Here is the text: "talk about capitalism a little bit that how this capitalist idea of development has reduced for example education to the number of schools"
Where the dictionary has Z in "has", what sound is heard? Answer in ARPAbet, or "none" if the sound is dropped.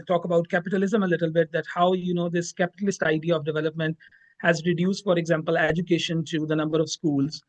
Z